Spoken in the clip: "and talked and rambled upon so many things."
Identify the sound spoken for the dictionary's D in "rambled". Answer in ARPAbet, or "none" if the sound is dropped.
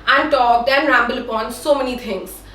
none